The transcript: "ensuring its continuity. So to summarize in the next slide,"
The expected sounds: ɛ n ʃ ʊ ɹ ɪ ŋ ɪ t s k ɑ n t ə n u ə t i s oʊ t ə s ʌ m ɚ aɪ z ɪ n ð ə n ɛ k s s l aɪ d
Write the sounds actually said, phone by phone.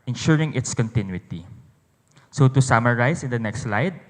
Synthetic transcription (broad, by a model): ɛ n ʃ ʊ ɹ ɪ ŋ ɪ t s k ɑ n t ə n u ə t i s oʊ t ə s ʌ m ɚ aɪ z ɪ n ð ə n ɛ k s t l aɪ d